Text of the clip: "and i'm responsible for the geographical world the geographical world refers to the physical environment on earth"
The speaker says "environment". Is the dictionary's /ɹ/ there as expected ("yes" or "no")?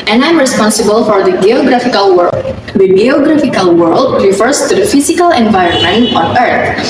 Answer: yes